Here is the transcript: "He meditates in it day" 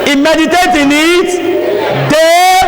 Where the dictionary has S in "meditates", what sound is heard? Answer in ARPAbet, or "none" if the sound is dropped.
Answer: none